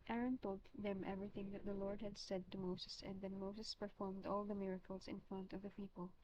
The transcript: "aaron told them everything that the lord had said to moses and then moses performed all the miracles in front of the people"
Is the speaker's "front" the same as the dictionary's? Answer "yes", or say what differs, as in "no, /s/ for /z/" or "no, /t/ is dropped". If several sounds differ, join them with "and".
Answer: yes